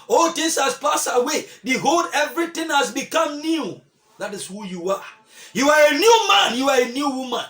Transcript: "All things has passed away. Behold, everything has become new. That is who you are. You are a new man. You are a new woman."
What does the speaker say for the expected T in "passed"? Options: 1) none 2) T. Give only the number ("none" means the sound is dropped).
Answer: 1